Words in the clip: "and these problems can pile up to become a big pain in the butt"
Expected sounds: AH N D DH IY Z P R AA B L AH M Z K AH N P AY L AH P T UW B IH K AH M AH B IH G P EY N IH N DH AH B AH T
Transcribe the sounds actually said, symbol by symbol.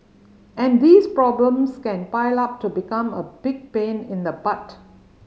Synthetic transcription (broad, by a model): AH N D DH IY S P R AA B L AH M S K AH N P AY L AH P T UW B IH K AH M AH B IH G P EY N IH N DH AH B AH T